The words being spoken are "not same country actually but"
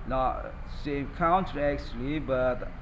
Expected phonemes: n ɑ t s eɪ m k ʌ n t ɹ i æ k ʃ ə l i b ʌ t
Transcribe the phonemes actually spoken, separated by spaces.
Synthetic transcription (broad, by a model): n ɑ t s eɪ m k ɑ n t i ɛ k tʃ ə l i b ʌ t